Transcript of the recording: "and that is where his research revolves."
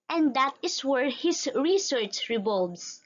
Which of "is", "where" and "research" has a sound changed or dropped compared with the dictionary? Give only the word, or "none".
is